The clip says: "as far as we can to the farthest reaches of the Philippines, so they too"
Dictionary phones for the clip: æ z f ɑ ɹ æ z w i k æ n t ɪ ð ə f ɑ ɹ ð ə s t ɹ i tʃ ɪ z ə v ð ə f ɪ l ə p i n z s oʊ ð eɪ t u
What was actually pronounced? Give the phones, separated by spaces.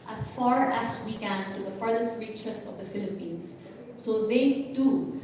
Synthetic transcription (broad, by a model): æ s f ɑ ɹ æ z w i k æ n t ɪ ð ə f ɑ ɹ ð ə s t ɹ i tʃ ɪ s ə v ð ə f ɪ l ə p i n s oʊ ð eɪ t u